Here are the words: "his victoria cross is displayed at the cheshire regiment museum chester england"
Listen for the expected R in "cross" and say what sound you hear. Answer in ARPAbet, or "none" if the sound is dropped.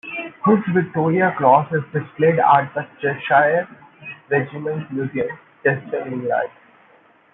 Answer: L